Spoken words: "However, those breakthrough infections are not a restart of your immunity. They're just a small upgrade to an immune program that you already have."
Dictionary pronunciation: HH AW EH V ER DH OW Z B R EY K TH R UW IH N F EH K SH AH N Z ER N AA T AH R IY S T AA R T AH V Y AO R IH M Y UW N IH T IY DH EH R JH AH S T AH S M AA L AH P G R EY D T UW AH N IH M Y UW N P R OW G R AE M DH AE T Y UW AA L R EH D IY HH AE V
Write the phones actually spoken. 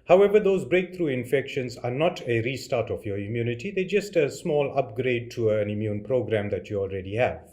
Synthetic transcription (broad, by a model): HH AW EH V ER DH OW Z B R EY K T R UW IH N F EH K SH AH N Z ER N AA T AH R IY S T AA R T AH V Y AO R IH M Y UW N IH T IY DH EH JH AH S T AH S M AA L AH P G R EY D T UW AH N IH M Y UW N P R OW G R AE M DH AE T Y UW AA L R EH D IY HH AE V